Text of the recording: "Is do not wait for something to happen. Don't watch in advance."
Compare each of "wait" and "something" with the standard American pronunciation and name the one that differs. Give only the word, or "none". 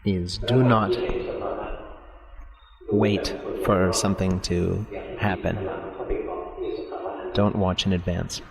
none